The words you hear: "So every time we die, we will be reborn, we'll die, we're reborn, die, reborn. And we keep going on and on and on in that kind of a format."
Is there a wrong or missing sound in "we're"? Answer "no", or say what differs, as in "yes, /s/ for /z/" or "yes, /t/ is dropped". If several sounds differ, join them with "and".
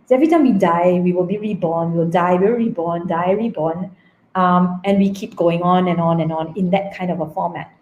yes, /l/ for /ɹ/